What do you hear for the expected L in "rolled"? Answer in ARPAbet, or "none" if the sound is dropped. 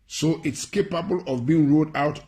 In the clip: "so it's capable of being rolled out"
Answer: none